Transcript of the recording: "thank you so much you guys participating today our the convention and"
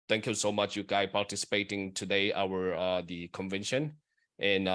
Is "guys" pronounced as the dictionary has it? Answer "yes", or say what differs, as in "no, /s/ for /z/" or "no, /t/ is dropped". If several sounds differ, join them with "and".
no, /z/ is dropped